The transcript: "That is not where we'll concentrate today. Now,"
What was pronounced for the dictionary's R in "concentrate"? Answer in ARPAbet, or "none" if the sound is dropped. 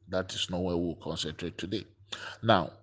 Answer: R